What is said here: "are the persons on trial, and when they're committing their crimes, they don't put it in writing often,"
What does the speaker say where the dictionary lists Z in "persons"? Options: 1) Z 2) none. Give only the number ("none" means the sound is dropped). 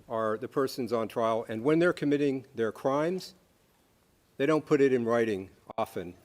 1